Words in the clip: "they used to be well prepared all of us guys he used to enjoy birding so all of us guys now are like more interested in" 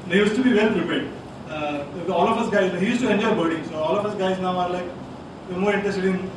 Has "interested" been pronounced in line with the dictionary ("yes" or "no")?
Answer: no